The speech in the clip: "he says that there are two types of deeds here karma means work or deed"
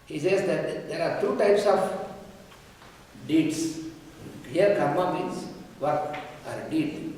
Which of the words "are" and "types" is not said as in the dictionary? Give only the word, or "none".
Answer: none